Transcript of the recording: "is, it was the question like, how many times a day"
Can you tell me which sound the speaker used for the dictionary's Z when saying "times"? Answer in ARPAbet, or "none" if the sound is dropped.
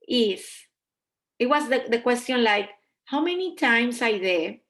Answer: S